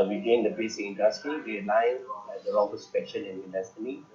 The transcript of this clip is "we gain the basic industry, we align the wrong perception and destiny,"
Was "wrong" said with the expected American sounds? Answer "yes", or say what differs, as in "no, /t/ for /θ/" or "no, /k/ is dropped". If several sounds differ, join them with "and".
no, /l/ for /ɹ/